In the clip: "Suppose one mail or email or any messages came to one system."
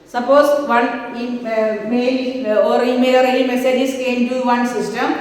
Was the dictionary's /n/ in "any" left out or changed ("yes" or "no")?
yes